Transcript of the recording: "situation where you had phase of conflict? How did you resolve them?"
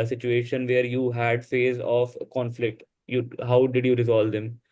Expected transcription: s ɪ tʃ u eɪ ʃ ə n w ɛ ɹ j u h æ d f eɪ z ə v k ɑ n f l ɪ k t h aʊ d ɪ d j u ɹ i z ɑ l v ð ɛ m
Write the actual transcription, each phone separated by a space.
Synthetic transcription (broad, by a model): s ɪ tʃ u eɪ ʃ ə n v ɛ ɹ j u h æ d f eɪ z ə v k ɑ n f l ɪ k t h aʊ d ɪ d j u ɹ i z ɑ l v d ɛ m